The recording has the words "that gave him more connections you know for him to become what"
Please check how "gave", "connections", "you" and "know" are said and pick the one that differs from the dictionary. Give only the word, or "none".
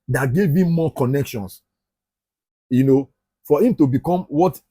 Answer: connections